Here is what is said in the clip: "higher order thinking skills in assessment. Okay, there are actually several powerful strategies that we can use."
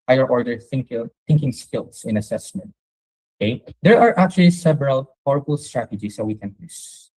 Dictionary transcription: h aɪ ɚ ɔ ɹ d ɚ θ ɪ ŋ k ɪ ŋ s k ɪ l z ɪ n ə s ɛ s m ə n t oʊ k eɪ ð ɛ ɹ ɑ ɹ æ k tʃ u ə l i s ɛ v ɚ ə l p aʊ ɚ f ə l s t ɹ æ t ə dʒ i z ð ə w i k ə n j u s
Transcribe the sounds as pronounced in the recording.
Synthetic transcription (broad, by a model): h aɪ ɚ ɔ ɹ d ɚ θ ɪ ŋ k ɪ ŋ s k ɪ l s ɪ n ə s ɛ s m ə n t oʊ k eɪ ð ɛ ɹ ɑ ɹ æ k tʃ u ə l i s ɛ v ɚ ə l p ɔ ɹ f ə l s t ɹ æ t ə dʒ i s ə w i k ə n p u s